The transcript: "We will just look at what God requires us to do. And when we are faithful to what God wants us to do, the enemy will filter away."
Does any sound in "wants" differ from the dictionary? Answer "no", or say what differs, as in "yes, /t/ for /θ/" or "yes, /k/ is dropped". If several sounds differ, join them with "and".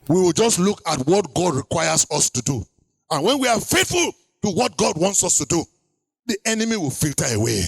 no